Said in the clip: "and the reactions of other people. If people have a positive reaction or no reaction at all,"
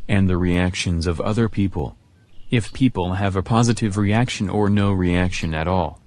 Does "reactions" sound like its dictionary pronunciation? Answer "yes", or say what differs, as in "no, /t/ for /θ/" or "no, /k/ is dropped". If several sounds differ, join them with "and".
yes